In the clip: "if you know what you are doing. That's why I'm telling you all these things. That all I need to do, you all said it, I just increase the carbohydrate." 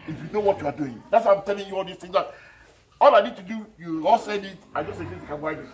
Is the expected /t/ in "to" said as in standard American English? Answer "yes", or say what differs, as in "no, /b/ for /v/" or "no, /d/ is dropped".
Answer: yes